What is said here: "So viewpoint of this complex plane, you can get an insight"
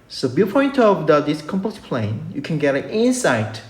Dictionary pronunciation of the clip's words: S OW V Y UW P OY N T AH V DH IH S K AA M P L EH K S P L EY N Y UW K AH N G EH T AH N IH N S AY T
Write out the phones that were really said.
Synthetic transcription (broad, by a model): S OW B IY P OY N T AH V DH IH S K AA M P EH S P L EY N Y UW K AH N G EH T AH N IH N S AY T